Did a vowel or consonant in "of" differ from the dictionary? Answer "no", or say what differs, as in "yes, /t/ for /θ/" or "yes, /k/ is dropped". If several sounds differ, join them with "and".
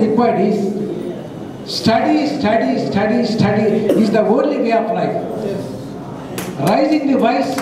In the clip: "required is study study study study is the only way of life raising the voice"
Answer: yes, /p/ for /v/